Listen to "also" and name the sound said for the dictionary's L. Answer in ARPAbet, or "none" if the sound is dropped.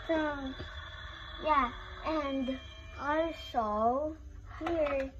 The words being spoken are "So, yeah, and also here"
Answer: none